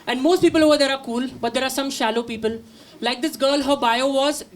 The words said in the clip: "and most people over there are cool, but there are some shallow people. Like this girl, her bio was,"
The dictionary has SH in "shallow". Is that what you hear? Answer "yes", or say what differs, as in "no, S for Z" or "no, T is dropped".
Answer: yes